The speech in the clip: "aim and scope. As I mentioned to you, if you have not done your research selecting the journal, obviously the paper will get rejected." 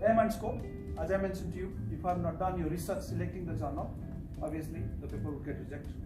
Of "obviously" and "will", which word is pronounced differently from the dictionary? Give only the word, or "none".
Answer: obviously